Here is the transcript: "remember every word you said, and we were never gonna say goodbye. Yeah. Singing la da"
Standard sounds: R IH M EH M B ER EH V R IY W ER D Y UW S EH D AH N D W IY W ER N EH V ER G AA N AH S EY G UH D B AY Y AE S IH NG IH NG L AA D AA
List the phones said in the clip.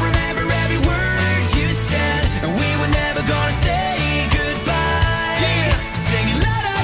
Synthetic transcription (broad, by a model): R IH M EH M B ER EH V IY W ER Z Y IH S EH D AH N W IY W ER N EH V ER G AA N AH S EY G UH D B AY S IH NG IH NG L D